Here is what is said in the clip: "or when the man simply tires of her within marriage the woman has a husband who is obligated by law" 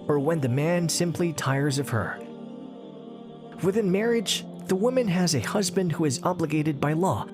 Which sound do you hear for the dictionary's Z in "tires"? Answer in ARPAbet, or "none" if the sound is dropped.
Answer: Z